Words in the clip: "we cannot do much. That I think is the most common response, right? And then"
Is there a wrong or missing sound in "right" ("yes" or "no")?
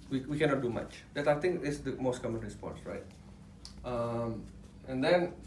no